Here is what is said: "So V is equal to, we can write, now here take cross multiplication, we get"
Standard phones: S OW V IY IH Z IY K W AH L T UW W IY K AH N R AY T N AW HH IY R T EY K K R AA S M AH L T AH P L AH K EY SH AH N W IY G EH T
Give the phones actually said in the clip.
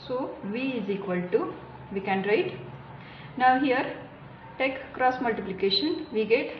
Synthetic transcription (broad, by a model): S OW V IY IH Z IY K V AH L T UW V IY K AH N R AY T N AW HH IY R T EY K K R AA S M AH L T AH P L AH K EY SH AH N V IY G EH T